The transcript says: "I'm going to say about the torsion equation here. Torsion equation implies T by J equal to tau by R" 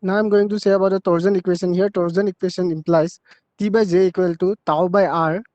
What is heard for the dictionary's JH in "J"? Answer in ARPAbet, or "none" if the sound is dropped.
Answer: Z